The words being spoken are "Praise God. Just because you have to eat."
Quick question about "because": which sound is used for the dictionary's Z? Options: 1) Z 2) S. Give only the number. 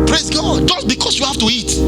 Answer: 2